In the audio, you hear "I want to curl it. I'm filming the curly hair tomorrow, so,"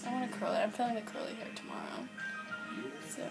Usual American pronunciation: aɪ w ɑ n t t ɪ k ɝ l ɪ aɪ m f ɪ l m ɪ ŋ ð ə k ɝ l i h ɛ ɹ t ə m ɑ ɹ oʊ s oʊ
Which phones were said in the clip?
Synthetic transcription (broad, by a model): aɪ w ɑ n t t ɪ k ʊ l ɪ aɪ m f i l ɪ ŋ ð ə k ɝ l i h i ɹ t ə m ɑ ɹ oʊ s oʊ